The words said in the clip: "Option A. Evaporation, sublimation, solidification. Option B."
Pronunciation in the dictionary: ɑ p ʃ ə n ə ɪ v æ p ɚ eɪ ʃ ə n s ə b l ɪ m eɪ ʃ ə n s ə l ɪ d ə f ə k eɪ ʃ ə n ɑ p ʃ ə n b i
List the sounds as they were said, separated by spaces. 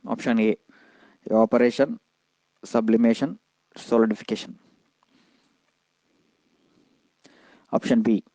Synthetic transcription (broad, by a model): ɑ p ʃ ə n ə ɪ p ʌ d eɪ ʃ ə n s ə b l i m eɪ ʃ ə n s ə l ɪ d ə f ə k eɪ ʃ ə n ɑ p ʃ ə n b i